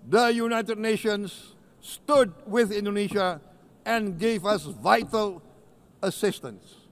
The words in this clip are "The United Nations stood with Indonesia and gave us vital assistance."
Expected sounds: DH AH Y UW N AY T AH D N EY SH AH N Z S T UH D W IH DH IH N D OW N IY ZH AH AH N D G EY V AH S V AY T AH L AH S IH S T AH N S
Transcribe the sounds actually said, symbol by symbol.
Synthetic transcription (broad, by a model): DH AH Y UW N AY T AH D N EY SH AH N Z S T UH D W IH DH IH N D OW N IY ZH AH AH N G EY V AH S V AY T AH L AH S IH S T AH N S